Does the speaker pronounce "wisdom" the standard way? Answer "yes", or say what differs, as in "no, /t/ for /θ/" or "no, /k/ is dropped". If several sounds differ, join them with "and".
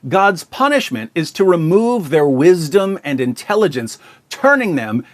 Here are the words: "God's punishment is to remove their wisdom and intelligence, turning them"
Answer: yes